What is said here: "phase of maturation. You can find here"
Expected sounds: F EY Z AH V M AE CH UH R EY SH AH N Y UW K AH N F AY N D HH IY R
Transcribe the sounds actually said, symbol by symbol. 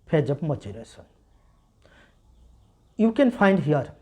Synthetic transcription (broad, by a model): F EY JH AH B M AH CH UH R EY S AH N Y UW K AH N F AY N D HH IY R